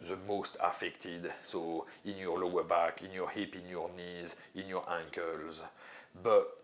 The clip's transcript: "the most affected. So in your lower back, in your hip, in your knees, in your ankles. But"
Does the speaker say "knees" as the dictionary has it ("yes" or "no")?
yes